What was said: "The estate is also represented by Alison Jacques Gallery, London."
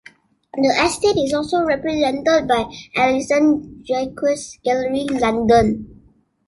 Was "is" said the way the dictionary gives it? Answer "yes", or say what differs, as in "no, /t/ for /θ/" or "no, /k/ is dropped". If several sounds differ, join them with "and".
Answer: no, /s/ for /z/